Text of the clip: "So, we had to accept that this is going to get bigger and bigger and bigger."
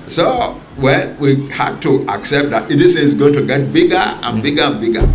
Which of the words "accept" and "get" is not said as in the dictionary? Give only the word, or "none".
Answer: none